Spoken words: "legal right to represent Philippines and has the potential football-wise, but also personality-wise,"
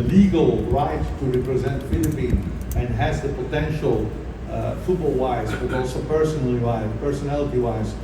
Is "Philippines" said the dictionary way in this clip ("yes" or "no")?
no